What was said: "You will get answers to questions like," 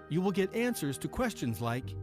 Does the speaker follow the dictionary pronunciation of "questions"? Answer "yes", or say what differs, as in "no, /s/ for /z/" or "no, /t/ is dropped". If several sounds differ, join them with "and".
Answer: yes